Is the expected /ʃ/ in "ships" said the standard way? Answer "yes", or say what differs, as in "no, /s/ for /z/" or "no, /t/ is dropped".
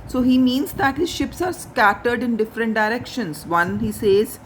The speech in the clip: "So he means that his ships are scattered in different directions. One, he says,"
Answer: yes